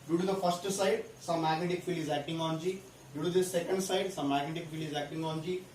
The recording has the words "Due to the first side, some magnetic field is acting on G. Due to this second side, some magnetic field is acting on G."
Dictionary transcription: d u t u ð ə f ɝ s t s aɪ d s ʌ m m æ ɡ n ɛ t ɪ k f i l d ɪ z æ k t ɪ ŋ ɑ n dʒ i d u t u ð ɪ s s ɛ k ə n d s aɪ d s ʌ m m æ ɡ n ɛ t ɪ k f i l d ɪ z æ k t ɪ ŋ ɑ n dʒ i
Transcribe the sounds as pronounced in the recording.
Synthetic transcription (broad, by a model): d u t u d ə p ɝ s t s aɪ d s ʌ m m æ ɡ n ɛ t ɪ k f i l ɪ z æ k t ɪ ŋ ɑ n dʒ i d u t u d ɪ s s ɛ k ə n d s aɪ d s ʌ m m æ ɡ n ɛ t ɪ k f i l ɪ z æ k t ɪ ŋ ɑ n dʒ i